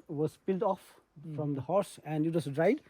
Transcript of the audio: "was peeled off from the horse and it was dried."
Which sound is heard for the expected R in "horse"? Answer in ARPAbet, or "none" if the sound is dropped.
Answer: R